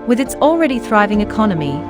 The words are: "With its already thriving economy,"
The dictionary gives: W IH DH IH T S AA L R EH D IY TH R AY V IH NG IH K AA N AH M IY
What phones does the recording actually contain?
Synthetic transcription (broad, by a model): W IH DH IH T S AA L R EH D IY TH R AY V IH NG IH K AA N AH M IY